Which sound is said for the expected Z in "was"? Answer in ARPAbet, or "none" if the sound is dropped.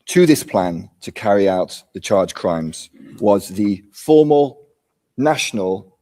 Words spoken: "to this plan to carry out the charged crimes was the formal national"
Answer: Z